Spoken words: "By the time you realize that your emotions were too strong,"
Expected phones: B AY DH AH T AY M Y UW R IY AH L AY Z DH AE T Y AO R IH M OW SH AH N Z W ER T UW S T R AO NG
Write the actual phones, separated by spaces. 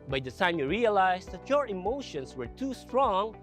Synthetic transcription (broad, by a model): B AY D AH S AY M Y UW R IY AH L AY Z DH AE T Y AO R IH M OW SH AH N S W ER T UW S T R AO NG